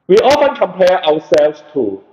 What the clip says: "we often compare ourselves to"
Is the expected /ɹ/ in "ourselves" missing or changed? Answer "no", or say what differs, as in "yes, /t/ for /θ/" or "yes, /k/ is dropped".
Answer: yes, /w/ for /ɹ/